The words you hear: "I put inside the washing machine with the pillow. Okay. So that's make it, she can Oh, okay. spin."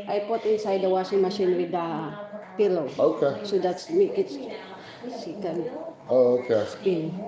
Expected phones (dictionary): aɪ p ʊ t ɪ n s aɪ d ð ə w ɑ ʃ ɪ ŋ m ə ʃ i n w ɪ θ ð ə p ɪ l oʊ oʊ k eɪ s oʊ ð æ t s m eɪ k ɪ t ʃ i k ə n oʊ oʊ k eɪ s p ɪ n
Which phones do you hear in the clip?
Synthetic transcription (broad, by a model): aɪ p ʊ t ɪ n s aɪ d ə w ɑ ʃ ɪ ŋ m ə ʃ i n w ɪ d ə p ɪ l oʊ oʊ k eɪ s oʊ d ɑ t s m eɪ k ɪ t s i k ə n oʊ oʊ k eɪ s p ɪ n